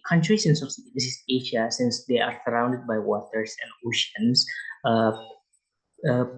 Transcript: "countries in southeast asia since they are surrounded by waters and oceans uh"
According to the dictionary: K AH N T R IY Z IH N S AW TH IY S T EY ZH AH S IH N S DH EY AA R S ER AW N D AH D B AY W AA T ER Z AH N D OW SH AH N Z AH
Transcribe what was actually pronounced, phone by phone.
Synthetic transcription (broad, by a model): K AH N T R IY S IH N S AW S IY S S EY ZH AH S IH N S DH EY AA R S ER AW N D AH D B AY W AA T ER S AH N D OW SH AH N S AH